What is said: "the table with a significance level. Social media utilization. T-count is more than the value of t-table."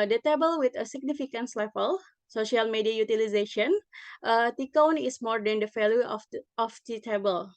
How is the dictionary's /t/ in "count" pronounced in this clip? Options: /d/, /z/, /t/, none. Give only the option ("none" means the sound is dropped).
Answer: none